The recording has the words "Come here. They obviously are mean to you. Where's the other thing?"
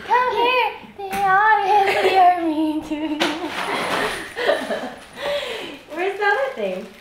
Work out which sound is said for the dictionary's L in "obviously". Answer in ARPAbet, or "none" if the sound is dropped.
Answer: none